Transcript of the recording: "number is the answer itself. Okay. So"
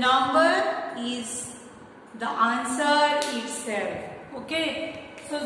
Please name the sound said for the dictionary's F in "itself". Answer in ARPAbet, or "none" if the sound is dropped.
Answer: none